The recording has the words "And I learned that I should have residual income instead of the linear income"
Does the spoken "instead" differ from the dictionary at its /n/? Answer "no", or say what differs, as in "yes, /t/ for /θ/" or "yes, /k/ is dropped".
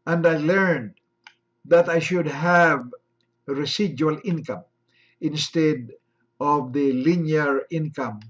no